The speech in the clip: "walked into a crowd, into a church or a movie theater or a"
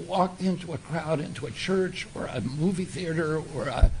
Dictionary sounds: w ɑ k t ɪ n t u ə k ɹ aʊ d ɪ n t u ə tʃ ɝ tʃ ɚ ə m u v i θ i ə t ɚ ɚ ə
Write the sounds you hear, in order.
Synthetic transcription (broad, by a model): w ɑ k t ɪ n t u ə k ɹ aʊ d ɪ n t u ə tʃ ɝ tʃ ɚ ə m u v i θ i ə t ɚ ɚ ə